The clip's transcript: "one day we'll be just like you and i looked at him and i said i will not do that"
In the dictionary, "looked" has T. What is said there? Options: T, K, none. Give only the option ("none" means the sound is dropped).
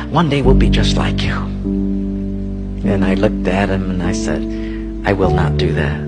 T